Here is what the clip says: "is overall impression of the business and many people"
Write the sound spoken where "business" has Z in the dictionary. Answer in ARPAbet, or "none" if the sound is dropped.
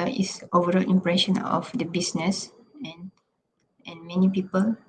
S